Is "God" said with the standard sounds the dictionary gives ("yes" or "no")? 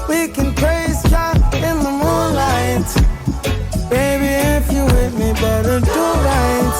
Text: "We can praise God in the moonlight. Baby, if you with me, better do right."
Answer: no